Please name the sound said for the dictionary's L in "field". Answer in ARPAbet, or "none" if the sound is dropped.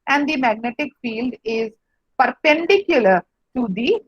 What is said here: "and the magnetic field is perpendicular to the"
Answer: L